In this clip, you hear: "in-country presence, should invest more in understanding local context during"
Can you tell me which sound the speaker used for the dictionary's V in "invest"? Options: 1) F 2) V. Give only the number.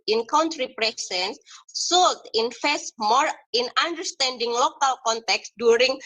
1